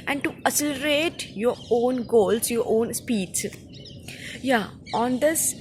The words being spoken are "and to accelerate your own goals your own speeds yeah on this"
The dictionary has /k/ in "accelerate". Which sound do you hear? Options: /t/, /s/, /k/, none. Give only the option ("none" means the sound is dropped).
none